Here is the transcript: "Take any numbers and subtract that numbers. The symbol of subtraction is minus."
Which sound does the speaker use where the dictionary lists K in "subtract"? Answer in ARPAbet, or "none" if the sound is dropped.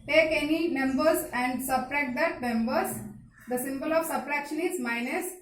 none